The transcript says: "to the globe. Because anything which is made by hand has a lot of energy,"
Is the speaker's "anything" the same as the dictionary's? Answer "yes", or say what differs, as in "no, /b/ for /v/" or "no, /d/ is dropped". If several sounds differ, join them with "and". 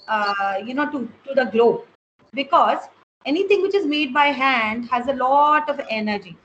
no, /t/ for /θ/